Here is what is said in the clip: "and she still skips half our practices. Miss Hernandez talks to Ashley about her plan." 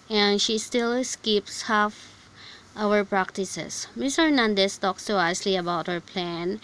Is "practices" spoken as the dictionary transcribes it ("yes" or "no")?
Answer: no